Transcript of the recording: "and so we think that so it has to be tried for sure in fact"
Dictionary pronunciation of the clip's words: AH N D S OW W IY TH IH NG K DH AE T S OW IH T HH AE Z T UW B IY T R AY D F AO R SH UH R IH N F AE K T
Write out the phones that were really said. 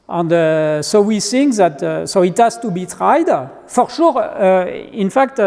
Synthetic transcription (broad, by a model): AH N D S OW W IY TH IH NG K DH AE T S OW IH T HH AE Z T UW B IY T R AY D F AO R SH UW R IH N F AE K T